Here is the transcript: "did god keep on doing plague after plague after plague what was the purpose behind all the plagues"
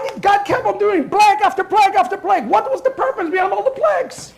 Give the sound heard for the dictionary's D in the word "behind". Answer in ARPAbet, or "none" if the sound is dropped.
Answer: none